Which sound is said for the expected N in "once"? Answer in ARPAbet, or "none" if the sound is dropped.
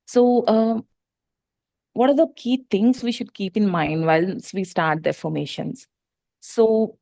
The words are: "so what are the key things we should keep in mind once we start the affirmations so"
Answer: L